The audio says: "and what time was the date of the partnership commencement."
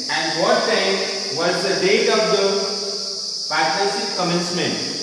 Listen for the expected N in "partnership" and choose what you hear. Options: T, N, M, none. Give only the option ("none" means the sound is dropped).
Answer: none